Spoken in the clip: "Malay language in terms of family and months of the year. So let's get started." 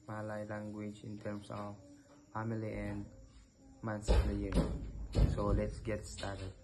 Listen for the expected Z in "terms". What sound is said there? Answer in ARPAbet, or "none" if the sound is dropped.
S